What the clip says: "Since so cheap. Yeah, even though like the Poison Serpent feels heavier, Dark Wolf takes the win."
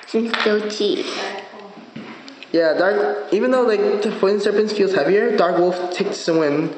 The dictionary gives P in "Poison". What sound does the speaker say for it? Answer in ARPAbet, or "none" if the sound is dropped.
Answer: F